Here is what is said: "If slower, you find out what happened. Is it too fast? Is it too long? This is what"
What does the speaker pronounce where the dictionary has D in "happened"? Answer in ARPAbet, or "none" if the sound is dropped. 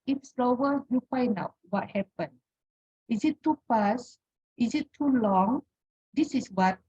none